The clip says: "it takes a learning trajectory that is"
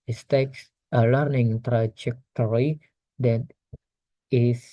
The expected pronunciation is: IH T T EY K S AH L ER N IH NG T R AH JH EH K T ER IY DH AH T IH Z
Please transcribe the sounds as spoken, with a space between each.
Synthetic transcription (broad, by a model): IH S T EY K S AH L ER N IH NG T R AH JH EH K T ER IY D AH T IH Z